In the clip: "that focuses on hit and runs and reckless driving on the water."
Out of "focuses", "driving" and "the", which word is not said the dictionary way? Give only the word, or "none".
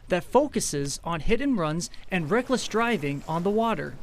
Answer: none